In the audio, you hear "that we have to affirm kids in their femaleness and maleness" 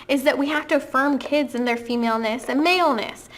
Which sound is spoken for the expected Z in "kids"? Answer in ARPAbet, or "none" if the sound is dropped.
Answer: Z